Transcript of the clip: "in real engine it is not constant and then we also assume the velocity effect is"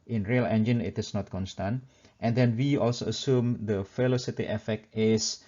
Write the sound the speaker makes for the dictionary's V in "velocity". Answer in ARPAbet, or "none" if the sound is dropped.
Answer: F